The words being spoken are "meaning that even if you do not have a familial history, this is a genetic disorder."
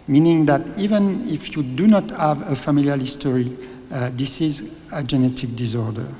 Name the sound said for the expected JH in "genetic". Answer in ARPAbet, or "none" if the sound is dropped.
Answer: JH